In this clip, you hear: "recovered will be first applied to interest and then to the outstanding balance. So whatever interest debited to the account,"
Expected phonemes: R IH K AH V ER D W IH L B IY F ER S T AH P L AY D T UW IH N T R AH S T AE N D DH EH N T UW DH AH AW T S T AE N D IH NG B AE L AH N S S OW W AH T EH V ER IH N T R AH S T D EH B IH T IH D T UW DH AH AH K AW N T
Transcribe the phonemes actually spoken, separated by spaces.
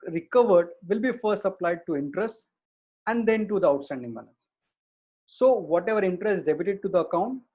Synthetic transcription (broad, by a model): R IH K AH V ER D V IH L B IY F ER S T AH P L AY D T UW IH N T R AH S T AE N D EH N T UW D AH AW T S T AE N D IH NG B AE N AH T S S OW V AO T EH V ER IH N T R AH S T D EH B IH T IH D T UW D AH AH K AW N T